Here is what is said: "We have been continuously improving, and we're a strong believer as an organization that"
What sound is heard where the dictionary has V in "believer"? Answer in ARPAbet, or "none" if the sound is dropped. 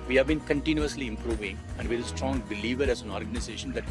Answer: V